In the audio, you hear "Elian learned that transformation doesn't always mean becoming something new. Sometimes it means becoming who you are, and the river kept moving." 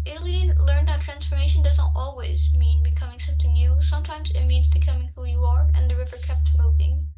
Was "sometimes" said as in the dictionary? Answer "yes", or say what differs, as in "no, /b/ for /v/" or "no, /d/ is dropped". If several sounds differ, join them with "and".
yes